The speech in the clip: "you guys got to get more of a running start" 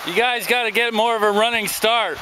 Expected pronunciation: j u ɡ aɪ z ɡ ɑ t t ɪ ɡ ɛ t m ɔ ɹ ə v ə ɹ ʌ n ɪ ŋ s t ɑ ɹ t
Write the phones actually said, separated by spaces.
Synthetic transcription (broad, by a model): j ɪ ɡ aɪ z ɡ ɑ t t ɪ ɡ ɛ t m ɔ ɹ ə v ə ɹ ʌ n ɪ ŋ s t ɑ ɹ t